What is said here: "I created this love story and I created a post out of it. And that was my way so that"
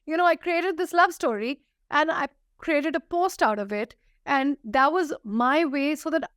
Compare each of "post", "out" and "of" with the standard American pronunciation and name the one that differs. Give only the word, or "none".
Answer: none